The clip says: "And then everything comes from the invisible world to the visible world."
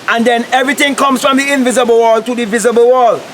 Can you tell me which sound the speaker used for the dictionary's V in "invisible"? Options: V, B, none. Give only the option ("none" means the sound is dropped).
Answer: V